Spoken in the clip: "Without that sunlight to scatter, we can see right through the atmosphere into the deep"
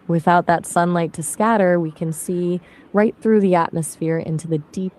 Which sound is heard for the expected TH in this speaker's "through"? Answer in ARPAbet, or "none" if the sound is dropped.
TH